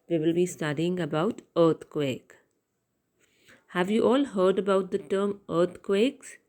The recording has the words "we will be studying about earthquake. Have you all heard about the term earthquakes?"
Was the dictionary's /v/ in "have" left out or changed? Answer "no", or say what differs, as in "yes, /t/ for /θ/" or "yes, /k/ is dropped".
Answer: no